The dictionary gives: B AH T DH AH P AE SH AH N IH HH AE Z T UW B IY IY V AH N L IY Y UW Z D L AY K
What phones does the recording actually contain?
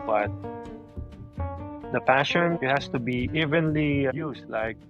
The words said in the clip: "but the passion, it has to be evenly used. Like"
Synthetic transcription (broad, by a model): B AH T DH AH P AE SH AH N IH HH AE S T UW B IY IY V AH N L IY Y UW S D L AY K